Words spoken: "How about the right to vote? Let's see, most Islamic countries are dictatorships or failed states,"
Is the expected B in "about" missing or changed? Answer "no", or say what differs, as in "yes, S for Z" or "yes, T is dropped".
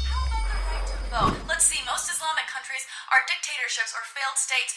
yes, B is dropped